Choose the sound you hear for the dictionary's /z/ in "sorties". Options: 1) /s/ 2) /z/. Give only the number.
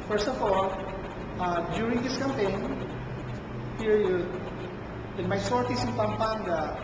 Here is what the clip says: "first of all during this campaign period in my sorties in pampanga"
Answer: 1